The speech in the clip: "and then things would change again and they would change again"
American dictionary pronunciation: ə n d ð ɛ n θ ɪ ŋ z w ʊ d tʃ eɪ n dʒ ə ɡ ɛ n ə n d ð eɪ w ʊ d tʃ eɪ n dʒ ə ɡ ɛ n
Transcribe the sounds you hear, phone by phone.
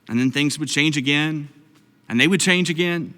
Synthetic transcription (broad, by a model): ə n ð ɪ n θ ɪ ŋ z w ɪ d tʃ eɪ n dʒ ə ɡ ɛ n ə n ð eɪ w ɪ d tʃ eɪ n dʒ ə ɡ ɛ n